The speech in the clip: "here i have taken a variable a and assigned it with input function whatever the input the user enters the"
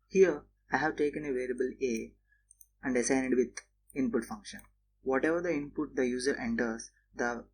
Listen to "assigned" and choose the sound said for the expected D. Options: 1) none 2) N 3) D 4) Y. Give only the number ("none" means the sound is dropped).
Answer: 1